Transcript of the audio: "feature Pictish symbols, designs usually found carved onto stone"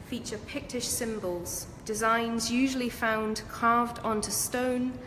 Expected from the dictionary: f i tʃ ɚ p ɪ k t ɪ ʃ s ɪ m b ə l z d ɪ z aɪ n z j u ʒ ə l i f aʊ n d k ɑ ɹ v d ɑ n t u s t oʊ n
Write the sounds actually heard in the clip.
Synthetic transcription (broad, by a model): f i tʃ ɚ p ɪ k t ɪ ʃ s ɪ m b ə l z d ɪ z aɪ n z j u ʒ ə l i f aʊ n d k ɑ v d ɑ n t u s t oʊ n